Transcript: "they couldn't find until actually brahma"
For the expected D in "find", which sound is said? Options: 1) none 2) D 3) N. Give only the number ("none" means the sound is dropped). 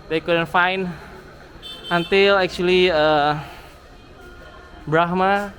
1